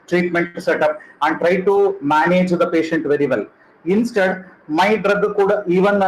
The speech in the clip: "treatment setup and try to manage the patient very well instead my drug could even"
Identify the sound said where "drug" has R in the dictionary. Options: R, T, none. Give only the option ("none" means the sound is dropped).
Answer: R